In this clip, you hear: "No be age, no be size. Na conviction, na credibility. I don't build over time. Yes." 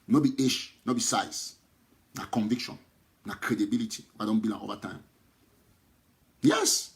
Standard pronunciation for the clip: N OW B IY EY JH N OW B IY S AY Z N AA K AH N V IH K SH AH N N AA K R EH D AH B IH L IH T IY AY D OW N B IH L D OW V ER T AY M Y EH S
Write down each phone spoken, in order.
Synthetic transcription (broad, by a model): N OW B IY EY SH N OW B IY S AY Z N AA K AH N V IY K SH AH N N AA K R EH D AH B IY L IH T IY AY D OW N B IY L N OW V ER T AY M Y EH S